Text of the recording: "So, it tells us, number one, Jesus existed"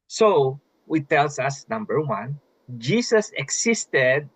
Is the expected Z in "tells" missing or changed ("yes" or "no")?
yes